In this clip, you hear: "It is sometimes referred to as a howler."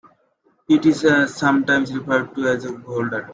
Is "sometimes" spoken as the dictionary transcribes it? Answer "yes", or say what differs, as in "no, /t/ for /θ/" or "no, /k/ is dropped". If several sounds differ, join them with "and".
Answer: no, /s/ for /z/